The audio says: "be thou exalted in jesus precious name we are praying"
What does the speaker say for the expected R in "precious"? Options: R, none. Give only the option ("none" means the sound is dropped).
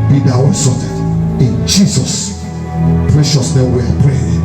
R